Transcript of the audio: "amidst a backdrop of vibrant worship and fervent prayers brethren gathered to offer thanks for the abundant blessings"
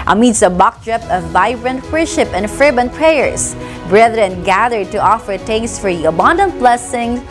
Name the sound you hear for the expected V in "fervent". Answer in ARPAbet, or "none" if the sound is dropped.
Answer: B